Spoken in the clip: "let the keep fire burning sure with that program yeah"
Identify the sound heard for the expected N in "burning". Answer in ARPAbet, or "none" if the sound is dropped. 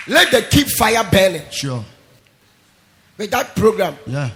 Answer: L